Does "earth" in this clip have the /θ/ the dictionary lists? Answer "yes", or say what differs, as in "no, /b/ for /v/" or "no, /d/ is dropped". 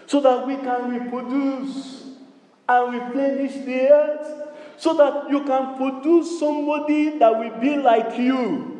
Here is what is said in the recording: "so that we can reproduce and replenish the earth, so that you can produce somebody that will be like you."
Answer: no, /t/ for /θ/